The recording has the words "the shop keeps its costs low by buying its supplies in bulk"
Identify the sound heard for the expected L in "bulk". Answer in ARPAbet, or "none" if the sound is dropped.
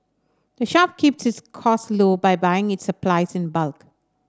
L